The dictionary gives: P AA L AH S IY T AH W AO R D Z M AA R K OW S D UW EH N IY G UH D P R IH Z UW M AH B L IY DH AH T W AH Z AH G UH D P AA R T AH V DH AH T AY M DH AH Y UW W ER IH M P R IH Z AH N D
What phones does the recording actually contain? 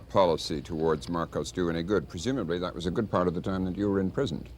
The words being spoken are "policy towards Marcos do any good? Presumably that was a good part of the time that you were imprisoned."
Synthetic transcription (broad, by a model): P AA L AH S IY T AH W AO R D Z M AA R K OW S D UW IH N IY G UH D P R IH Z UW M AH B L IY DH AH T W AH Z AH G UH D P AA R T AH V DH AH T AY M DH AH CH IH W ER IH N P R IH Z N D